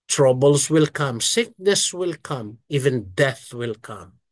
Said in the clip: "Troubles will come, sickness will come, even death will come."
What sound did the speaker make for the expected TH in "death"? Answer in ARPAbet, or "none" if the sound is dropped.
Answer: TH